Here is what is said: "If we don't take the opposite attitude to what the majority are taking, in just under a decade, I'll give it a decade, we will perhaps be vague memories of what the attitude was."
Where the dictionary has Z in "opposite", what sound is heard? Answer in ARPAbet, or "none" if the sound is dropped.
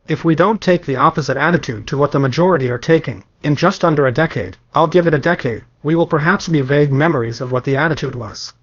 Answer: Z